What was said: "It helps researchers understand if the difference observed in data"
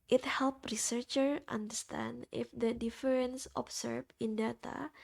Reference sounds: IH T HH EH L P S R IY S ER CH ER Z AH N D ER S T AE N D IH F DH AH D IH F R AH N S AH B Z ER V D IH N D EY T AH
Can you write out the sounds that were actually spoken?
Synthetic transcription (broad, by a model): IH T HH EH L P R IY S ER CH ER AH N D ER S T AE N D IH F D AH D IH F R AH N S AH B S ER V IH N D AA T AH